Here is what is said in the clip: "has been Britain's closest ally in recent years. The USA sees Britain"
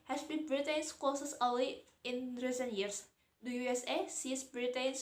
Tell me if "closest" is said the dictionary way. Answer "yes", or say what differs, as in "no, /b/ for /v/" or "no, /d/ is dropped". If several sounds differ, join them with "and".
no, /l/ is dropped and /t/ is dropped